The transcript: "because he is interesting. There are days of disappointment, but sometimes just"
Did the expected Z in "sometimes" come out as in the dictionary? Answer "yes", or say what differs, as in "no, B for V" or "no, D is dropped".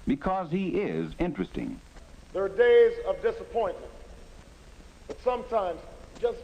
yes